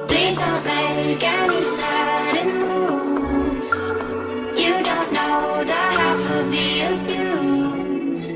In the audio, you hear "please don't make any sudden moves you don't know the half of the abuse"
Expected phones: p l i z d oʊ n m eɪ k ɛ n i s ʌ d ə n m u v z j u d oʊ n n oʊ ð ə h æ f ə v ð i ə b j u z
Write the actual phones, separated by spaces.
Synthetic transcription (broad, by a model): p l i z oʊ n m eɪ k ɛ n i s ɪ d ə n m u z j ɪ d oʊ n n oʊ ð ə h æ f ə v ð i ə b j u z